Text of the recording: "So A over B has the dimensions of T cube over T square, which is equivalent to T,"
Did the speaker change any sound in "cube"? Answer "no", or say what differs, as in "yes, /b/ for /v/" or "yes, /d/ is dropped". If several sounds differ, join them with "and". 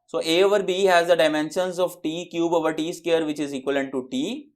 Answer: no